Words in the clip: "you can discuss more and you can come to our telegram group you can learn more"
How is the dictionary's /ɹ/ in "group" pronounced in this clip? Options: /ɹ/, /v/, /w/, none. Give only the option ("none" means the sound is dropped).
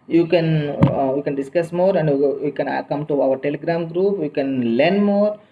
/ɹ/